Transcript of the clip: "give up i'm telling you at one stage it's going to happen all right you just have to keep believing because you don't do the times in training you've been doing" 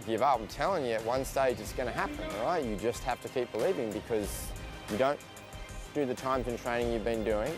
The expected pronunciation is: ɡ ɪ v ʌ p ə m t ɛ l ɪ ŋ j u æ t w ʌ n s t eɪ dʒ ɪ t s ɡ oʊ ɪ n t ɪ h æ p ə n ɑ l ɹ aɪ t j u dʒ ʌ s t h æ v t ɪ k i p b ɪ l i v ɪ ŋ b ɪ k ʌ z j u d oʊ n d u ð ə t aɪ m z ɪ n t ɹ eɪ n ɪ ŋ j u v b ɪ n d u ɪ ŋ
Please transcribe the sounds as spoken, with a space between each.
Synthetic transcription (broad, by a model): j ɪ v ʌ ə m t ɛ l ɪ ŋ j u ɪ t w ʌ n s t eɪ dʒ ɪ t s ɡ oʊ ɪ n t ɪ h æ p ə n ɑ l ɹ aɪ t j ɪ dʒ ʌ s t h æ f t ɪ k i p b ɪ l i v ɪ ŋ b ɪ k ʌ z j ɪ d oʊ n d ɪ ð ə t aɪ m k ɪ n t ɹ eɪ n ɪ ŋ j u v b ɪ n d u ɪ ŋ